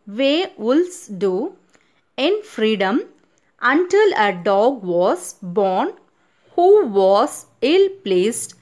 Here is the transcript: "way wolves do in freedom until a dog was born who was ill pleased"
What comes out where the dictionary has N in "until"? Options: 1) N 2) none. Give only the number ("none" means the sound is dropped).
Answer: 1